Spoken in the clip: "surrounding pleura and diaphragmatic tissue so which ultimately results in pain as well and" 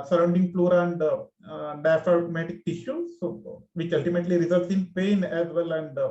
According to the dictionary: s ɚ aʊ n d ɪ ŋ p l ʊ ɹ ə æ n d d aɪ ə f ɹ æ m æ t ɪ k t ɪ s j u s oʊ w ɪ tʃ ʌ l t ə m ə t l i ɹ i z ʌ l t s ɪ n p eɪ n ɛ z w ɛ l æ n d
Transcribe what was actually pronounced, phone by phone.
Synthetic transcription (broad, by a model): s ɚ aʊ n d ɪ ŋ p l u ɹ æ n d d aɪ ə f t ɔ m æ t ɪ k t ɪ ʃ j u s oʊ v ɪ tʃ ʌ l t ə m ə t l i ɹ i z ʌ l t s ɪ n p eɪ n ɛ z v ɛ l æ n d